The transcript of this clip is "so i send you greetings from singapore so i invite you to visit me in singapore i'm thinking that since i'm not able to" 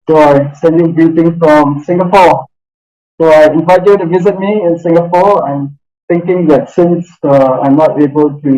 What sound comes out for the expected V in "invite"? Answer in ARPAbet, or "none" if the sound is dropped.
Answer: V